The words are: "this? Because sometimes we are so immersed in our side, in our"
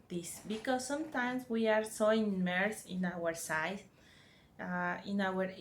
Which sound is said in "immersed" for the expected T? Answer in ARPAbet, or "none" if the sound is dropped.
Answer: none